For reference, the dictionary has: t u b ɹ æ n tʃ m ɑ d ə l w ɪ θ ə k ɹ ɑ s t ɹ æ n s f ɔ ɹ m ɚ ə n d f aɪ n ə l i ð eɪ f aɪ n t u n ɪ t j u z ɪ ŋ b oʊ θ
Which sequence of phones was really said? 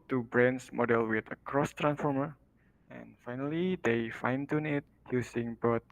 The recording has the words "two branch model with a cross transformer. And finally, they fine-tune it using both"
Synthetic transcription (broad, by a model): t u b ɹ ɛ n s m ɑ d ə l w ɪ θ ə k ɹ ɑ s t ɹ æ n s f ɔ ɹ m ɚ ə n f aɪ n ə l i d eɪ f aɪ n t u n ɪ t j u s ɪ ŋ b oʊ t